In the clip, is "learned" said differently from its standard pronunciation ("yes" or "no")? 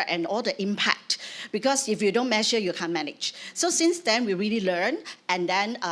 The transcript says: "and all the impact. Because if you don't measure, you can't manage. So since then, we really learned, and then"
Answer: yes